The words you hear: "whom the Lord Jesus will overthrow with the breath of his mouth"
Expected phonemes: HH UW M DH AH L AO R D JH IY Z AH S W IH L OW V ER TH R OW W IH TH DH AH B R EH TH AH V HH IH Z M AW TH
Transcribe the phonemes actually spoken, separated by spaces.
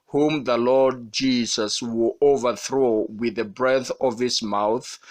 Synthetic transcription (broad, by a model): HH UW M DH AH L AO R D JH IY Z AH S W IH L OW V ER TH R OW W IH DH AH B R EH TH AH V HH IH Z M AW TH